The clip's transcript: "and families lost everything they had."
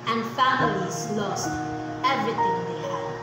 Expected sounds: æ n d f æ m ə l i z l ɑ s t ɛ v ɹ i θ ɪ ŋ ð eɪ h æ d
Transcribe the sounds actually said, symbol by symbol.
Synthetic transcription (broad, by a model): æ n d f æ m ə l i z l ɑ s t ɛ v ɹ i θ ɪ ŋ ð eɪ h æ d